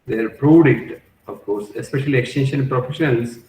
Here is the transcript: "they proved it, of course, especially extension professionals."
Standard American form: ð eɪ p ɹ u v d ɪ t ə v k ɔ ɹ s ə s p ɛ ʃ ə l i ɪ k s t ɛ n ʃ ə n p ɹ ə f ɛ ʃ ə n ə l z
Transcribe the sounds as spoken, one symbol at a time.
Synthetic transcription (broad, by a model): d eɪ p ɹ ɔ d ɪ t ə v k ɔ ɹ s ə s p ɛ ʃ ə l i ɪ k s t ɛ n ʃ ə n p ɹ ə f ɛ ʃ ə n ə l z